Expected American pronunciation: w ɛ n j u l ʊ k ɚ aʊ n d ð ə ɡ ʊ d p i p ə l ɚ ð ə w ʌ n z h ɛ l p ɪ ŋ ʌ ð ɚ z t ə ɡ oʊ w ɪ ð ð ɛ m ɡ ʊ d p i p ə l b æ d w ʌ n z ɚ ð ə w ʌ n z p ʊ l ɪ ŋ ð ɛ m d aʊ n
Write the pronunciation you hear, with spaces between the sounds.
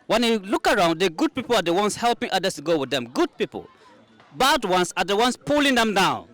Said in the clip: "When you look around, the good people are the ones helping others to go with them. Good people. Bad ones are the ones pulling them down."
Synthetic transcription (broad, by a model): w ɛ n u l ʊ k ɚ aʊ n d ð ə ɡ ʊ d p i p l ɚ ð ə w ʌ n s h ɛ l p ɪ ŋ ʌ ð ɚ s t ɡ oʊ w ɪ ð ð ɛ m ɡ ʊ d p i p ə l b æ d w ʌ n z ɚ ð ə w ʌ n s p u l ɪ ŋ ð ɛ m d aʊ n